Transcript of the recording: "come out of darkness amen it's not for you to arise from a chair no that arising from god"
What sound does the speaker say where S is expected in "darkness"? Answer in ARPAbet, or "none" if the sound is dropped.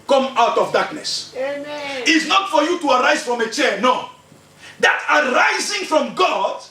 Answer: S